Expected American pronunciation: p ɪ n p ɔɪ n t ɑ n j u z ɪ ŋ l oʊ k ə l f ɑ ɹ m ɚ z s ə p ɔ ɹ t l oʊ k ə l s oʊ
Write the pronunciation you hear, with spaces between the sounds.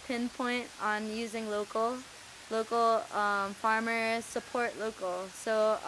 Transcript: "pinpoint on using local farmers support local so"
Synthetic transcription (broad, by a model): p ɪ n p ɔɪ n t n j u z ɪ ŋ l oʊ k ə l f ɑ ɹ m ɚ s ə p ɔ ɹ t l oʊ k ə l s oʊ